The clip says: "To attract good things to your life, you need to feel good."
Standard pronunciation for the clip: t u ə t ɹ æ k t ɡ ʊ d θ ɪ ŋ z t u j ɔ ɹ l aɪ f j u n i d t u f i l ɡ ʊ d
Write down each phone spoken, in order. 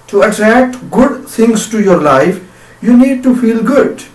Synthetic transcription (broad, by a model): t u ə t ɹ æ k t ɡ ʊ d t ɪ ŋ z t u j ɔ ɹ l aɪ f j u n i d t u f i l ɡ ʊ d